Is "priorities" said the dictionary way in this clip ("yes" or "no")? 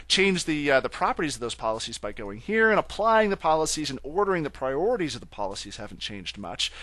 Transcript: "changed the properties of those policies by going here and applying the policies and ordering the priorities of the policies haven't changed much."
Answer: yes